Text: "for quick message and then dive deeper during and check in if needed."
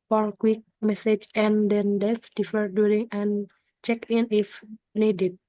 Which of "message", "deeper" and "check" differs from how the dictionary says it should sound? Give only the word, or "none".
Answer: deeper